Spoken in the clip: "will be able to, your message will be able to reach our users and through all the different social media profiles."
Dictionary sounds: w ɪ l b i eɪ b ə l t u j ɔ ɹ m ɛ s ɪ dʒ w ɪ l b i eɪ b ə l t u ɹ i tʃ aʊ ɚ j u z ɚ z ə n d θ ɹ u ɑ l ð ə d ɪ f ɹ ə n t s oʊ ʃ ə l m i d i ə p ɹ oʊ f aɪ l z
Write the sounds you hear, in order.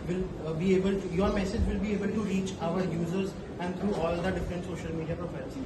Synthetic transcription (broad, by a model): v ɪ l b i eɪ b ə l t u j ɔ ɹ m ɛ s ɪ dʒ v ɪ l b i eɪ b ə l t u ɹ i tʃ aʊ ɚ j u z ɚ z ə n d t ɹ u ɑ l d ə d ɪ f ɹ ə n t s oʊ ʃ ə l m i d i ə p ɹ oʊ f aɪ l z